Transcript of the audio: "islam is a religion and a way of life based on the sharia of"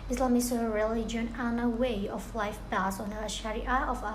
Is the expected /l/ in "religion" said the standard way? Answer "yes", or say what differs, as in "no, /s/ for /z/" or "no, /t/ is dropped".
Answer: yes